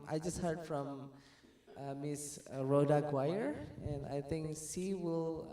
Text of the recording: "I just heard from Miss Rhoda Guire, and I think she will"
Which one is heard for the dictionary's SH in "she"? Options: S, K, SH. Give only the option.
S